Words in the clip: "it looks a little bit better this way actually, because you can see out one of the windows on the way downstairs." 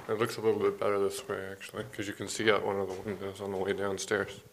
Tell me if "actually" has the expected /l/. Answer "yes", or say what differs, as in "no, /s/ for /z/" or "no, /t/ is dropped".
no, /l/ is dropped